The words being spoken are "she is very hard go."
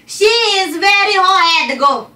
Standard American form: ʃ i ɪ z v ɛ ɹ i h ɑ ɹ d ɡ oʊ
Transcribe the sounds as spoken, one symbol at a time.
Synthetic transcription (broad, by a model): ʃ i ɪ z v ɛ ɹ i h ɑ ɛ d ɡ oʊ